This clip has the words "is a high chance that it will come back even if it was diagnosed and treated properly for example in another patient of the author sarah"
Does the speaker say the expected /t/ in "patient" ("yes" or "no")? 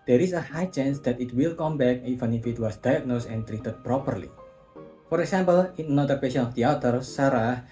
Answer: no